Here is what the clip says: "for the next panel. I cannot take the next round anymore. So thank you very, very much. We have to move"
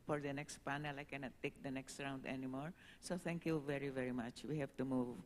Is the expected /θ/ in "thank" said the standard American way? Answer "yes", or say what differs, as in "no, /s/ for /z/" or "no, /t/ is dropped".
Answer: no, /t/ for /θ/